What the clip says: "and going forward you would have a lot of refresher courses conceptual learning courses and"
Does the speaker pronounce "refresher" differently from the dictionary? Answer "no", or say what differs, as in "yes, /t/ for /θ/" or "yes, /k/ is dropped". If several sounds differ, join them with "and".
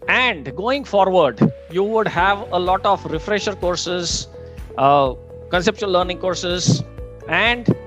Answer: no